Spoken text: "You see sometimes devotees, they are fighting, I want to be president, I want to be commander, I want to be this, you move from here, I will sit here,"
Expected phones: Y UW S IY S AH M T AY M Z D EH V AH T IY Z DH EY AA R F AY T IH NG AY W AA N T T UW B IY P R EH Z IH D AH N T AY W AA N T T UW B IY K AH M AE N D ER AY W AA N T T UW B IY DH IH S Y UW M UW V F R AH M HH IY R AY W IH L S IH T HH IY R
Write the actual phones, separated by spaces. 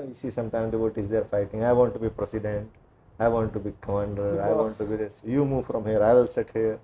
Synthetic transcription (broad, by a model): Y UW S IY S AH M T AY M D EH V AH T IY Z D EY R F AY T IH NG AY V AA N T T UW B IY P R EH S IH D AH N T AY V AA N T T UW B IY K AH M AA N D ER AY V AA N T T UW B IY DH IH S Y UW M UW V F R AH M HH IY R AY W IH L S IH T HH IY R